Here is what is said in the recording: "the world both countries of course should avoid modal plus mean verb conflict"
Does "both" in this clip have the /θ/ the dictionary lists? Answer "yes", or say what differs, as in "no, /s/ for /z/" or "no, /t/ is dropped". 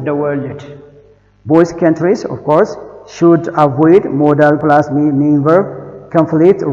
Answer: no, /s/ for /θ/